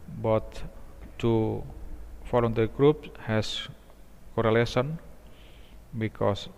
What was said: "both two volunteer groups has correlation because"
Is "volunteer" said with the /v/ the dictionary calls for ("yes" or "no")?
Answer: no